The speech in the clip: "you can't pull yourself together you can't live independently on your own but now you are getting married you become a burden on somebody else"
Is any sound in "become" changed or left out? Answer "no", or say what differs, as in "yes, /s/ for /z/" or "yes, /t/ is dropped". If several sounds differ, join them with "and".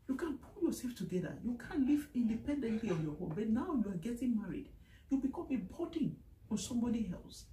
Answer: no